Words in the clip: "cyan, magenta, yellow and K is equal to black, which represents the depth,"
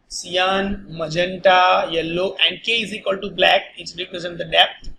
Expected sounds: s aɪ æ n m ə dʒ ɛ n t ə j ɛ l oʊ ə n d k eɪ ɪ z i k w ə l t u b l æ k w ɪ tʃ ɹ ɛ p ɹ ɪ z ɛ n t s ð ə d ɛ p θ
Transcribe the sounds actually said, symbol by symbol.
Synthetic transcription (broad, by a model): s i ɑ n m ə dʒ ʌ n t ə j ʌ l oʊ ə n d k eɪ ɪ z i k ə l t u b l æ k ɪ s ɹ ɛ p ɹ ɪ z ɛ n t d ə d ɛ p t